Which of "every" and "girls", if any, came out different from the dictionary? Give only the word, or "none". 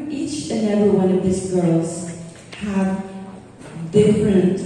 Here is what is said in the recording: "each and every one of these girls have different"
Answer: every